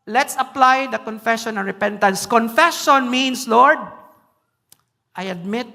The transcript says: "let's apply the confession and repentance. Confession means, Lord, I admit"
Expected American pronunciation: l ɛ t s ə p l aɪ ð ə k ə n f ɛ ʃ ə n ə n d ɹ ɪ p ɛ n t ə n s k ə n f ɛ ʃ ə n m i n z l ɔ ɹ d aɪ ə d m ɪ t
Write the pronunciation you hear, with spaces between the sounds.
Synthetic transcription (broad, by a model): l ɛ t s ə p l aɪ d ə k ə n f ɛ ʃ ə n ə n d ɹ ɪ p ɛ n t ə n s k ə n f ɛ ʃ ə n m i n s l ɔ ɹ d aɪ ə d m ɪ t